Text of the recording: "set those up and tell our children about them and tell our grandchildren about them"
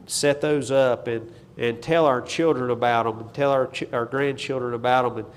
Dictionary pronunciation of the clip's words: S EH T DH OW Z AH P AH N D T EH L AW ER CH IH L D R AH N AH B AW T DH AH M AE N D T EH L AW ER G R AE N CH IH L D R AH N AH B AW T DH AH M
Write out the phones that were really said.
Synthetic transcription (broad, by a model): S EH T DH OW Z AH P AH N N T EH L AW ER CH IH L D R AH N AH B AW T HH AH M N T EH L AW ER G R AE N CH IH L D R AH N AH B AW T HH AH M